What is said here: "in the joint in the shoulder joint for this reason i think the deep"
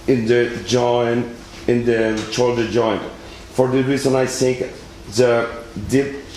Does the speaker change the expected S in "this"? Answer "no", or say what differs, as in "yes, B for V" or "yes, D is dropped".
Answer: yes, S is dropped